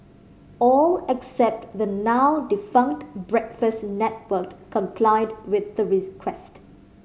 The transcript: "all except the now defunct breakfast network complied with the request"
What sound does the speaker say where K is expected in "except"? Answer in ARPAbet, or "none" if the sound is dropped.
K